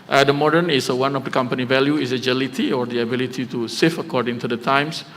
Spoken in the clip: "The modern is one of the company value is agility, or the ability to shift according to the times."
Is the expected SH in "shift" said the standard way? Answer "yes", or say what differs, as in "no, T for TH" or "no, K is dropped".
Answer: no, S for SH